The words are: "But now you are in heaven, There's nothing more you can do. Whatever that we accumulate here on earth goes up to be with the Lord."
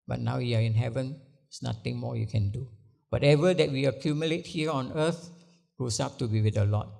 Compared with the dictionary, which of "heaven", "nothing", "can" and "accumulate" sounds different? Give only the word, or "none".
nothing